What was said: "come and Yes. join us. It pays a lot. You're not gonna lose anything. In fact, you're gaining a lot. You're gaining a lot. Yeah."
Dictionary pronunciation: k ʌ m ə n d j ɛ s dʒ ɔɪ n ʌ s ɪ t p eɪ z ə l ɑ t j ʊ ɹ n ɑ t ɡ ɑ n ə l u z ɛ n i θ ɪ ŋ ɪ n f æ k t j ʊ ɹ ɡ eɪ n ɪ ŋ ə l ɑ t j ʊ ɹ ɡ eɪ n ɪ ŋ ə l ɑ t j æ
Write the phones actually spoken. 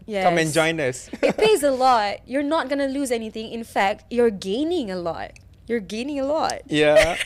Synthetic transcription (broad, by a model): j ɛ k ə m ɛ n dʒ ɔɪ n ʌ s ɪ t p eɪ z ə l ɑ t j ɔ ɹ n ɑ t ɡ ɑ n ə l u z ɛ n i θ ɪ ŋ ɪ n f æ k t j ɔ ɹ ɡ eɪ n ɪ ŋ ə l ɑ t j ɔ ɹ ɡ eɪ n ɪ ŋ ə l ɑ t j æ